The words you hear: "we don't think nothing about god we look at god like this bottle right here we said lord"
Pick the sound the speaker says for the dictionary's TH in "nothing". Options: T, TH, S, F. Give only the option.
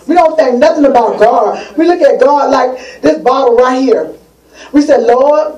TH